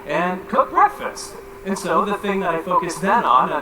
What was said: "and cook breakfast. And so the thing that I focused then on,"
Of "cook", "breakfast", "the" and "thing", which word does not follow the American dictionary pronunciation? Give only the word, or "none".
none